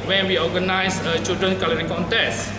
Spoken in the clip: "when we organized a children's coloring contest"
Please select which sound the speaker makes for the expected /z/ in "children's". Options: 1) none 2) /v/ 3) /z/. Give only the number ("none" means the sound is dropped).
1